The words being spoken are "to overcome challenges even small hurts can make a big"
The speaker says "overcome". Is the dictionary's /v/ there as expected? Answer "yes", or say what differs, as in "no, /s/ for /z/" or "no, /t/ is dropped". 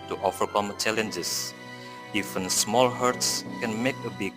no, /f/ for /v/